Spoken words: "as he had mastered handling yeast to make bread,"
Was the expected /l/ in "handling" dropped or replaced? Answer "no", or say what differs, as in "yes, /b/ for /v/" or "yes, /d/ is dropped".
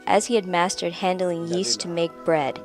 no